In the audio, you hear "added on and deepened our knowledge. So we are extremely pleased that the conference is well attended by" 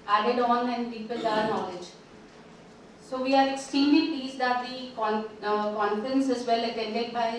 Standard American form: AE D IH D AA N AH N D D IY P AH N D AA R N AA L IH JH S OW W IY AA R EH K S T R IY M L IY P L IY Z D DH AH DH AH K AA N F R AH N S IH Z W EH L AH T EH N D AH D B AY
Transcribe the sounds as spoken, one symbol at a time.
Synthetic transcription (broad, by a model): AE D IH D AA N AH N D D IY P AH L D AA R N AA L IH JH S OW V IY AA R EH K S T R IY M L IY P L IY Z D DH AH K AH K AA N F R AH N S IH Z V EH L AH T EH N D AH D B AY